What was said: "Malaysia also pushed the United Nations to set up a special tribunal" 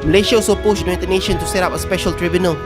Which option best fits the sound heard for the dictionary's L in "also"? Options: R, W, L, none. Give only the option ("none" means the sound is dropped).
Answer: none